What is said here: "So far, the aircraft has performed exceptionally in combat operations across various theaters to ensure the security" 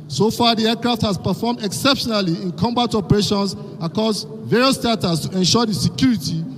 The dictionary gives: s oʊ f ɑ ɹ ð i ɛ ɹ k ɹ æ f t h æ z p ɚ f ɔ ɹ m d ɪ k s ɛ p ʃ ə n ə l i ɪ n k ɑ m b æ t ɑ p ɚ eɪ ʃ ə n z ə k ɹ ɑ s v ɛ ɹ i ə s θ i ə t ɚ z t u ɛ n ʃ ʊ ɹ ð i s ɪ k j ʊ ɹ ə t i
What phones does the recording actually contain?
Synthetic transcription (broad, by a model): s oʊ f ɑ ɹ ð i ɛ k ɹ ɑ f t h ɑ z p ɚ f ɔ m d ɪ k s ɛ p ʃ ə n ə l i ɪ n k ɑ m b æ t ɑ p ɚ eɪ ʃ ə n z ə k ɑ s v ɛ ɹ i ə s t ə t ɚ s t u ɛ n ʃ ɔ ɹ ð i s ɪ k j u ɹ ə t i